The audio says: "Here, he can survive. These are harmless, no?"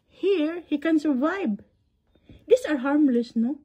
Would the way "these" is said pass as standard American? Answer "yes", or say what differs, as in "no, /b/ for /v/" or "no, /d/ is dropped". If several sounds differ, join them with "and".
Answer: no, /s/ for /z/